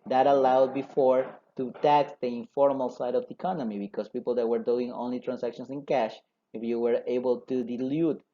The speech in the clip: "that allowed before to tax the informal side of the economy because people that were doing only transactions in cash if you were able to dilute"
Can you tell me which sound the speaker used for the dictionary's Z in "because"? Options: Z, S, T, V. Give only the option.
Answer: S